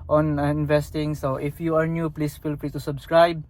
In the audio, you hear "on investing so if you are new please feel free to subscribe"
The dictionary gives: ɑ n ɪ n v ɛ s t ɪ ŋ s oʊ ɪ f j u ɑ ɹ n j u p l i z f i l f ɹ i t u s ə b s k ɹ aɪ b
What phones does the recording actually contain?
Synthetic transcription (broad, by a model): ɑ n ɪ n v ɛ s t ɪ ŋ s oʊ ɪ f j u ɑ ɹ n j u p l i s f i l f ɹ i t u s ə b s k ɹ aɪ b